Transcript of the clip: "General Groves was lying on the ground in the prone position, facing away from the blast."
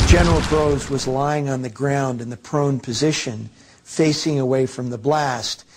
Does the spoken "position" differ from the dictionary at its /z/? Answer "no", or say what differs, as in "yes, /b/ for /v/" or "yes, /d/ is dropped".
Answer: no